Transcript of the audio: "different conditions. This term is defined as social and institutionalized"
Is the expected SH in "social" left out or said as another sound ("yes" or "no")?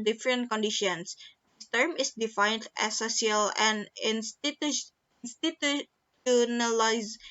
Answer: yes